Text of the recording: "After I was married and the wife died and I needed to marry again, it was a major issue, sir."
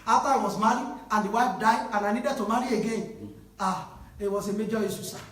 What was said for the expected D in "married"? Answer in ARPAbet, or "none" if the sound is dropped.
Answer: none